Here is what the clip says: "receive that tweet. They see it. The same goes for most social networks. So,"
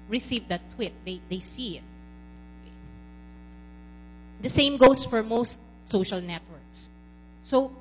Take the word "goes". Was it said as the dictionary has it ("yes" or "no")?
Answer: no